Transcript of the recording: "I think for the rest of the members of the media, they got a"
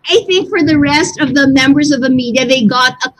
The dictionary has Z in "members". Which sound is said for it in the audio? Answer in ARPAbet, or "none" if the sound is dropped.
Z